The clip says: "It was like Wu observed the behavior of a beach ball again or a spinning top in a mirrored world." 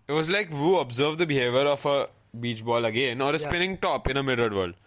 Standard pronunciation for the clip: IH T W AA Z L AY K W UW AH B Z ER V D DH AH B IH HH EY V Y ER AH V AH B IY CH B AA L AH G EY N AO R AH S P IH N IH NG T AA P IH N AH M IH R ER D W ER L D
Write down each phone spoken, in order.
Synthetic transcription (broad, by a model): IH T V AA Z L AY K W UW AH B Z ER V D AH B IH HH EY V Y ER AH F AH B IY CH B AA L AH G EY N AO R AH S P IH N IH NG T AA P IH N AH M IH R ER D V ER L D